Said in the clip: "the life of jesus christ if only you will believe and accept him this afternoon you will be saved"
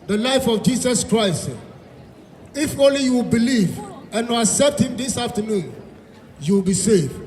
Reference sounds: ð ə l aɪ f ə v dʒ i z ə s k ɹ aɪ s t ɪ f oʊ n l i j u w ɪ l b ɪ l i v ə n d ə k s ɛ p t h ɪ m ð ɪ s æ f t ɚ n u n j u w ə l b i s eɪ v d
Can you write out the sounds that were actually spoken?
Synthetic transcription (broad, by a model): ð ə l aɪ f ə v dʒ i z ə s k ɹ aɪ s t ɪ f oʊ n l i j u w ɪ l b ɪ l i v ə n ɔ ə k s ɛ p t h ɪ m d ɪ s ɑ f t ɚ n u n j u w ə l b i s eɪ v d